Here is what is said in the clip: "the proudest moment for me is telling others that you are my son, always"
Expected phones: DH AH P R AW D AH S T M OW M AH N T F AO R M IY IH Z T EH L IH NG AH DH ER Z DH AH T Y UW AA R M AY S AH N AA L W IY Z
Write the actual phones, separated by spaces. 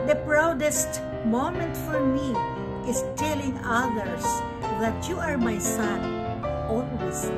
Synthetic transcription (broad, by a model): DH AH P R AW D AH S T M OW M AH N T F AO R M IY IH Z T EH L IH NG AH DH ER S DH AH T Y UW AA R M AY S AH N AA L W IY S